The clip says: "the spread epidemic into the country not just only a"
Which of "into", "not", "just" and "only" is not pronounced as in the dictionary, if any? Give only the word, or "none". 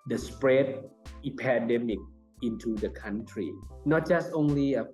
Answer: none